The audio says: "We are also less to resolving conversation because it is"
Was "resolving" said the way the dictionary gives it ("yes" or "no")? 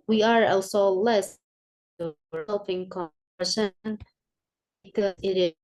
no